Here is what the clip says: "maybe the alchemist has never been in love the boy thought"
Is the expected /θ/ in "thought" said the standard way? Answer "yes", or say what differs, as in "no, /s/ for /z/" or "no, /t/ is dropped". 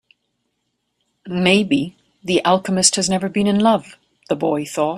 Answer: yes